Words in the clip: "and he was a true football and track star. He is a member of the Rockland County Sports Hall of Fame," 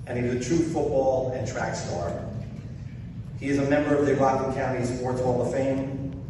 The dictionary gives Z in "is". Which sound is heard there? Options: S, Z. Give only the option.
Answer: Z